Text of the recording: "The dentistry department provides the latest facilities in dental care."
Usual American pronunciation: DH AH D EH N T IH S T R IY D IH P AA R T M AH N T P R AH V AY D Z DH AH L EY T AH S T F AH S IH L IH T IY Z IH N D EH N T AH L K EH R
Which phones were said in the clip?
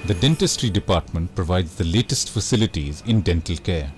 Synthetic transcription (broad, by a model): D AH D EH N T IH S T R IY D IH P AA R T M AH N T P R AH V AY D Z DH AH L EY T AH S T F AH S IH L IH T IY Z IH N D EH N T AH L K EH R